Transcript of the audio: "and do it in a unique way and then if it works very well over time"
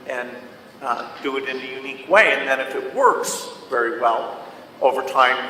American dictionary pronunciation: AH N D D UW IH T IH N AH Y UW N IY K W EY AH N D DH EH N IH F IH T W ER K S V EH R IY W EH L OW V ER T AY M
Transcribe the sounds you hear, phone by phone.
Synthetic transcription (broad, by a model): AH N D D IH IH T IH N AH Y UW N IY K W EY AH N DH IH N IH F IH T W ER K S V EH R IY W EH L OW V ER T AY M